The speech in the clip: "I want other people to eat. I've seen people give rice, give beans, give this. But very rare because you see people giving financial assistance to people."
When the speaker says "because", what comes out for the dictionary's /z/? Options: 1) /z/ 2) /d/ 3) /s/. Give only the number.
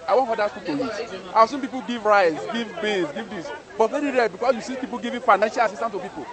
3